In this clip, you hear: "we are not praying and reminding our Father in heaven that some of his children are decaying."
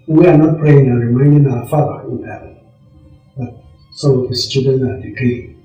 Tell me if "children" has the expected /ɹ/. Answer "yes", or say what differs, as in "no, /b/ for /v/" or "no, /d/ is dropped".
no, /ɹ/ is dropped